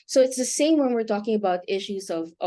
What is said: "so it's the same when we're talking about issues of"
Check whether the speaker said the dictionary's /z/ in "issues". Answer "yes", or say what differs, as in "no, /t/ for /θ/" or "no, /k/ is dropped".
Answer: yes